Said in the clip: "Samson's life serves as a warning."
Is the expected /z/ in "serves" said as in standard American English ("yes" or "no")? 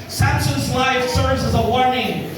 yes